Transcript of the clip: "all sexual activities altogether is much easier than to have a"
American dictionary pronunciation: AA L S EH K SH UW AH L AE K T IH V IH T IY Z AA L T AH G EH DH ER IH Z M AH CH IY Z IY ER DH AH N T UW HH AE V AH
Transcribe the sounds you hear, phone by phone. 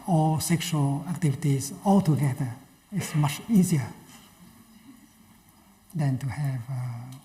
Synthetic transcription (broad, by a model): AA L S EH K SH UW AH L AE K T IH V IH T IY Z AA L T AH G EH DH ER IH S M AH CH IY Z IY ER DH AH N T UW HH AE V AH